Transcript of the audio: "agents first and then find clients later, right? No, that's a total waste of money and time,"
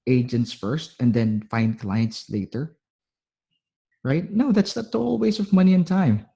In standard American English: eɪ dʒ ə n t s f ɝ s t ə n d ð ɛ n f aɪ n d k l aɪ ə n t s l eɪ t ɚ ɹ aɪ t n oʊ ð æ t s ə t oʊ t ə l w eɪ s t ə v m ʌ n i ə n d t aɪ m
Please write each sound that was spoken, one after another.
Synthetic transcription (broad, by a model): eɪ dʒ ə n t s f ɝ s t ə n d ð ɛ n f aɪ n d k l aɪ ə n t s l eɪ t ɚ ɹ aɪ t n oʊ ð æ t s ə t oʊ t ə l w eɪ s ə v m ʌ n i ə n t aɪ m